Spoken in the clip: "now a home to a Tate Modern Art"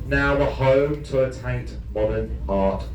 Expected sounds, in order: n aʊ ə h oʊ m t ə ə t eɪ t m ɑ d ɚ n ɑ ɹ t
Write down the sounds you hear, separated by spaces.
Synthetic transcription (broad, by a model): n aʊ ə h oʊ m t ə ə t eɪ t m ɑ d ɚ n ɑ t